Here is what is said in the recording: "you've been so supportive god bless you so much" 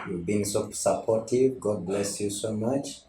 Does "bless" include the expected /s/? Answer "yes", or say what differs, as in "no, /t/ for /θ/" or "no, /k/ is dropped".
yes